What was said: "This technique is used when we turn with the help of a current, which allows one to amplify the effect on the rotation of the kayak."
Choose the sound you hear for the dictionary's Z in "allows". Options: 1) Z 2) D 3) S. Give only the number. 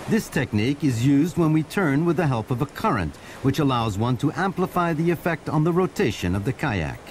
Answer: 1